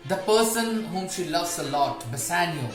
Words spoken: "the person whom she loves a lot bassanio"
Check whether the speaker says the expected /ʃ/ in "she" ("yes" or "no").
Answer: yes